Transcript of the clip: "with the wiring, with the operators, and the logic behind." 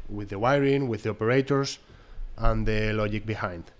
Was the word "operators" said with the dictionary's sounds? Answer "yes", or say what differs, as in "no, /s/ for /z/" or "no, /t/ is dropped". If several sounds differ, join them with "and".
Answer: no, /s/ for /z/